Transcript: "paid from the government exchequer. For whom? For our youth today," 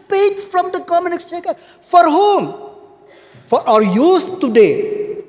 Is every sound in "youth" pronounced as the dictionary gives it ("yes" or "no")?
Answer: no